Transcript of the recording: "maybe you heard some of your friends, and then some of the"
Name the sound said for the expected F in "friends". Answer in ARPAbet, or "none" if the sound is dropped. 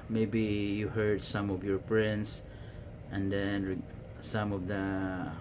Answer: P